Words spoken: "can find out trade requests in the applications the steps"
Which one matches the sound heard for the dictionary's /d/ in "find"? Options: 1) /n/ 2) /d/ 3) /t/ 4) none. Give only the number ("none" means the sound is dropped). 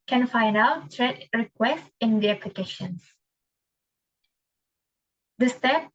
4